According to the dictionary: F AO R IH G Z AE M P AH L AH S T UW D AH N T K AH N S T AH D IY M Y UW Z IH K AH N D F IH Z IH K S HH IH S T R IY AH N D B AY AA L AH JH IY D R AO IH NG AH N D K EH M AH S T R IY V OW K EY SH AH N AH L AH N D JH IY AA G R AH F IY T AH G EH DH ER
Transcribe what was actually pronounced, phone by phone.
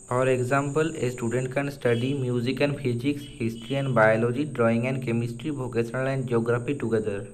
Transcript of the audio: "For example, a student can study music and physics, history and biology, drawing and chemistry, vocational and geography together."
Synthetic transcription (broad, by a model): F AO R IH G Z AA M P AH L AH S T UW D AH N T K AH N S T AH D IY M Y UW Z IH K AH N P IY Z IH K S HH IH S T R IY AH N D B AY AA L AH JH IY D R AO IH NG AH N D K EH M AH S T R IY B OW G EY S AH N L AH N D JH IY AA G R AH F IY T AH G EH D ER